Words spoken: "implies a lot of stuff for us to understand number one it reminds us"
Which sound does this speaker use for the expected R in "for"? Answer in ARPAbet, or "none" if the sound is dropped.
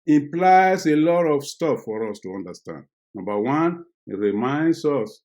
R